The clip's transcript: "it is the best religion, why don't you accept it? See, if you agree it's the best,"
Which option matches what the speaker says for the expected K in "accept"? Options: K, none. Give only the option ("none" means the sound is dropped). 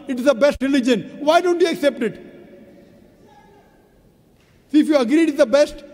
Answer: K